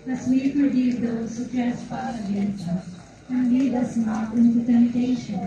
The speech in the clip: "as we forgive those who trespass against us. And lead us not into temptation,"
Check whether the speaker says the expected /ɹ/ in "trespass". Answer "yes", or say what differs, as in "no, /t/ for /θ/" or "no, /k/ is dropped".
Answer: no, /ɹ/ is dropped